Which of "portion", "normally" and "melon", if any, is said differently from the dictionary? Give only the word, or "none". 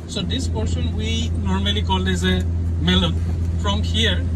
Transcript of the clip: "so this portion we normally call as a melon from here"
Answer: portion